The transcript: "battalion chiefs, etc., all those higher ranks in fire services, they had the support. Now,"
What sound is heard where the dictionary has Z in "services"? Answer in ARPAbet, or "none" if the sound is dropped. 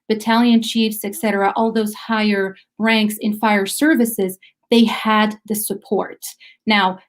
Z